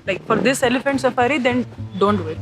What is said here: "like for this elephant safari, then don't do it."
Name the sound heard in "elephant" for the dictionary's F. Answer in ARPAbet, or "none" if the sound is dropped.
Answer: F